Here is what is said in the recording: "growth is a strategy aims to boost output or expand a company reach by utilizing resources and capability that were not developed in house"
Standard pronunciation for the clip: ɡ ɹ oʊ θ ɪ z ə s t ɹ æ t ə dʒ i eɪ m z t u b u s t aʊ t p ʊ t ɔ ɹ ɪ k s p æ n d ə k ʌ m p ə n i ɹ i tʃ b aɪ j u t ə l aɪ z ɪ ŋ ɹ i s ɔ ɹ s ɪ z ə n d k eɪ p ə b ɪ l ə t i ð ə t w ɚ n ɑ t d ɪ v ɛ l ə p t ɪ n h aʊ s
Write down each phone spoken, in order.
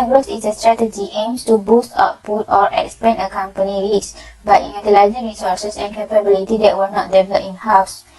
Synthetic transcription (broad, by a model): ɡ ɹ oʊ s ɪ s ə s t ɹ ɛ t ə dʒ i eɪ m s t u b u s t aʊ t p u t ɔ ɹ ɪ k s p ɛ n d ə k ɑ m p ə n i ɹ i s b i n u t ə l aɪ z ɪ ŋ ɹ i s ɔ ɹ s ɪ s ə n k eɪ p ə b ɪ l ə t i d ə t w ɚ n ɑ t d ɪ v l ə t ɪ n h aʊ s